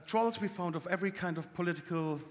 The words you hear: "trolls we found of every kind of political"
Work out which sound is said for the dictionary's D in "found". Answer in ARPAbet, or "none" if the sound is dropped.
D